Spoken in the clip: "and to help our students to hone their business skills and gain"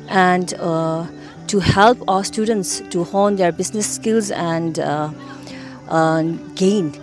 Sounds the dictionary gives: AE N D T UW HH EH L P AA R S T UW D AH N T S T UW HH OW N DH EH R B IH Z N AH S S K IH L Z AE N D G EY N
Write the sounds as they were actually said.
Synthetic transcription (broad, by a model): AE N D T UW HH EH L P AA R S T UW D AH N T S T UW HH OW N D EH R B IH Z N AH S S K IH L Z AE N D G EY N